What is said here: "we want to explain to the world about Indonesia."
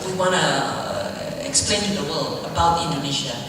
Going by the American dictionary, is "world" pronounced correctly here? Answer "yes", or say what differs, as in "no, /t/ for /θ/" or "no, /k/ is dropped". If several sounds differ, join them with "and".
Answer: no, /d/ is dropped